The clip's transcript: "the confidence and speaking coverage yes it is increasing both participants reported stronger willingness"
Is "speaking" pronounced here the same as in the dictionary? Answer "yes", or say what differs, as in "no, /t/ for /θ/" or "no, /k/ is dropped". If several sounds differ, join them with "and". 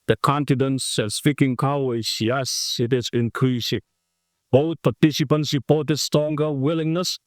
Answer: no, /f/ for /p/